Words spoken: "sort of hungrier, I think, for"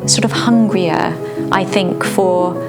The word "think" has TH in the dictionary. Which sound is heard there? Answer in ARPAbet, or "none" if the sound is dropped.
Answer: TH